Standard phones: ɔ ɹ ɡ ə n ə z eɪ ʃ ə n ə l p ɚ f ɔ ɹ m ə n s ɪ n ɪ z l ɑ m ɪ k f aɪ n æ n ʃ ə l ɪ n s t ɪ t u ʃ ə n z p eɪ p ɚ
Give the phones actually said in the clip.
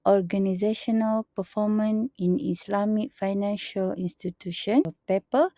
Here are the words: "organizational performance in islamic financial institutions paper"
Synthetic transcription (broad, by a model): ɔ ɹ ɡ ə n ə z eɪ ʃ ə n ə l p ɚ f ɔ m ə n ɪ n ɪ s l ɑ m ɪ k f aɪ n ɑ n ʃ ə l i n s t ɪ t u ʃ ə n p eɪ p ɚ